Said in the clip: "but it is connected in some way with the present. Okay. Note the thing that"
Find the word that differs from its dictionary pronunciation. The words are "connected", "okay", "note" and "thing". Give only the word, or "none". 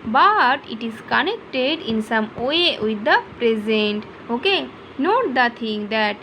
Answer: thing